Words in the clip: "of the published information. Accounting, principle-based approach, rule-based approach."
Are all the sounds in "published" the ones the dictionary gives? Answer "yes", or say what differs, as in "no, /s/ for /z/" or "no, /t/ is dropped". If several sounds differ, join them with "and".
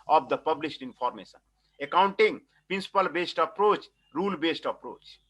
no, /s/ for /ʃ/